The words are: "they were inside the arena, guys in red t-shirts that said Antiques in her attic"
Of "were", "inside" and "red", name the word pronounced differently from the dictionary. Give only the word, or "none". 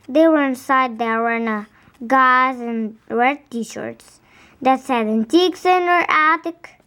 red